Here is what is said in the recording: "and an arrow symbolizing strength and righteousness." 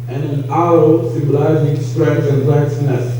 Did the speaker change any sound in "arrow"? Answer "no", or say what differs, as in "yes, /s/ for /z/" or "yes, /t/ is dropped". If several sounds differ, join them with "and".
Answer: yes, /ɹ/ is dropped